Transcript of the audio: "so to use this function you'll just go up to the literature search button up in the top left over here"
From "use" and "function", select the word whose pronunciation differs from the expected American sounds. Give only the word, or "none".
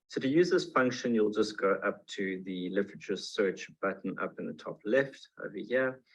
none